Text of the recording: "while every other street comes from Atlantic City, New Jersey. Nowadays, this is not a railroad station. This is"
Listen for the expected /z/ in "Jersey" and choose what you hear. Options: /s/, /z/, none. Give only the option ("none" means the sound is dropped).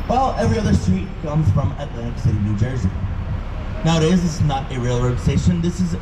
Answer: /z/